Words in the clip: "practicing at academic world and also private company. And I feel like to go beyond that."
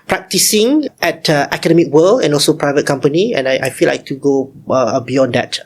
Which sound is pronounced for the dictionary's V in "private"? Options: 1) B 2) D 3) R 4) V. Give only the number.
4